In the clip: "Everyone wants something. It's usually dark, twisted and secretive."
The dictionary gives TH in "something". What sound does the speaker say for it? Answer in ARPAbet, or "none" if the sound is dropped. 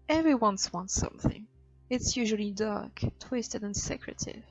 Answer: TH